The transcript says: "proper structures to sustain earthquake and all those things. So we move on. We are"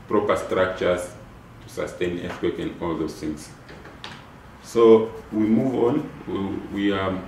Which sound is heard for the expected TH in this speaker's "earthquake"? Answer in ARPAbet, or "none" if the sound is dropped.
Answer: S